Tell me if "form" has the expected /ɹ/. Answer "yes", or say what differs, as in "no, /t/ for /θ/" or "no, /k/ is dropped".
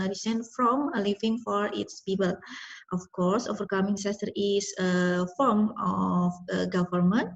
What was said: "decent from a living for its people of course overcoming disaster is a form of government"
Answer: yes